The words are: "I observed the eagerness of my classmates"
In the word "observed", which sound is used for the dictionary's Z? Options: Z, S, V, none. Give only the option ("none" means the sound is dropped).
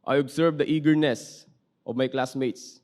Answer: S